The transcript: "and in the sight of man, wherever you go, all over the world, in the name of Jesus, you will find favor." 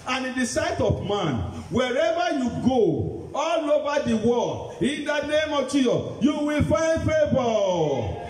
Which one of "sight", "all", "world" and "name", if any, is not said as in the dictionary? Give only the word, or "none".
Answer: world